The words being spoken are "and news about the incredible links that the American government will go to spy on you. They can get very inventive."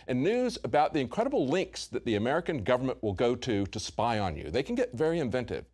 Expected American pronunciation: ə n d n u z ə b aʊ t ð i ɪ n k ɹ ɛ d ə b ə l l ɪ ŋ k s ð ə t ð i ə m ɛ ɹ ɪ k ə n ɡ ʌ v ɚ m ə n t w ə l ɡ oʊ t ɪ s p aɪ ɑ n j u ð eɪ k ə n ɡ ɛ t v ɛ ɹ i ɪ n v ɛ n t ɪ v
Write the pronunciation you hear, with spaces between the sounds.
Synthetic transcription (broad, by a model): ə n n u z ə b aʊ t ð i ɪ n k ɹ ɛ d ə b l l ɪ ŋ k s ð ə t ð i ə m ɛ ɹ ɪ k ə n ɡ ʌ v ɚ m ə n t w ə l ɡ oʊ t ɪ s p aɪ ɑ n j u ð eɪ k ə n ɡ ɛ t v ɛ ɹ i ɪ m v ɛ n t ɪ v